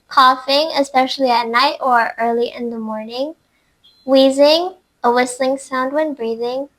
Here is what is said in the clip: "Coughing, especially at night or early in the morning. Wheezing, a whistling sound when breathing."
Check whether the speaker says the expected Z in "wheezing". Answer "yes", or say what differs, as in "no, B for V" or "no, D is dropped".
yes